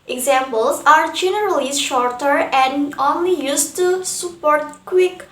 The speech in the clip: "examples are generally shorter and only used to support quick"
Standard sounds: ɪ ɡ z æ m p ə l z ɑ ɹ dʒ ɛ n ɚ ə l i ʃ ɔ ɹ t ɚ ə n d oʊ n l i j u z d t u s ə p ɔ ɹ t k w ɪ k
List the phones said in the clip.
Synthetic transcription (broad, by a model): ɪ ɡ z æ m p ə l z ɑ ɹ dʒ ɛ n ɚ ə l i ʃ ɔ ɹ t ɚ ə n d oʊ n l i j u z t u s ə p ɔ ɹ t k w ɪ k